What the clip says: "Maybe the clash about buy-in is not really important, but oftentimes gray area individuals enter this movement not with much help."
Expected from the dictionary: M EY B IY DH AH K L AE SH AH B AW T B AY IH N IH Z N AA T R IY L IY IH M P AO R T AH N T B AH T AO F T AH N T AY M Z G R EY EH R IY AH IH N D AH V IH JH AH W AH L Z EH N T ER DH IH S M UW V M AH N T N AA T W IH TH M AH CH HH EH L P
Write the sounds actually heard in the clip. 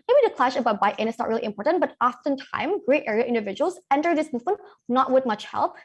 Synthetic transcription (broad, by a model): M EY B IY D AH K L AE SH AH B AW T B AY IH N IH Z N AA T R IY L IY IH M P AO R T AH N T B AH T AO F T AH N T AY M G R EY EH R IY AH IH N D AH V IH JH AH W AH L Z EH N T ER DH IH S M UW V M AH N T N AA T W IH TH M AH CH HH EH L P